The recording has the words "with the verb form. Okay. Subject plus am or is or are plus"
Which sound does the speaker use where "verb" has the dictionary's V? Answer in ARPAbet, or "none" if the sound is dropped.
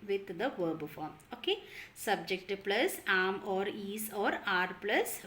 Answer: V